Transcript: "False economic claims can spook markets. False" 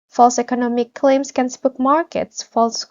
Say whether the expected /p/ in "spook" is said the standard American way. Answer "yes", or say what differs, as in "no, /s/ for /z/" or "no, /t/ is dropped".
no, /b/ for /p/